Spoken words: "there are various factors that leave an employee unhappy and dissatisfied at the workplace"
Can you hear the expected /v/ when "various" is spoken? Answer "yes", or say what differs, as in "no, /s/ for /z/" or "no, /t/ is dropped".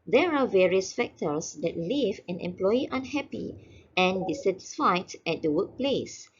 yes